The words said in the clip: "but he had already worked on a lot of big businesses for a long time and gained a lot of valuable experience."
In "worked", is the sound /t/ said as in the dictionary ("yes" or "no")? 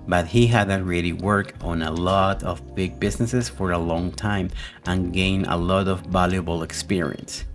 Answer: no